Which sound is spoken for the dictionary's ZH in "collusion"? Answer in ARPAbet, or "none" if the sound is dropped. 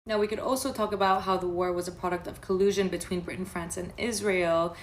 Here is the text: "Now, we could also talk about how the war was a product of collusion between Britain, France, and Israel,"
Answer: ZH